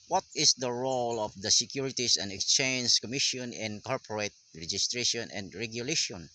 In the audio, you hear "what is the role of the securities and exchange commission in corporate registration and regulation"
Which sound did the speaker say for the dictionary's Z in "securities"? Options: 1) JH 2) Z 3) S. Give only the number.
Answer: 3